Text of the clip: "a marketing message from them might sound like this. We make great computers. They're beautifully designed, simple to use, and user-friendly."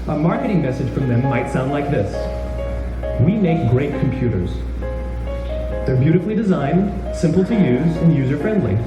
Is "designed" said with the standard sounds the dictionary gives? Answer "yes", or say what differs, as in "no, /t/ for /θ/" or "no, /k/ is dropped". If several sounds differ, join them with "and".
yes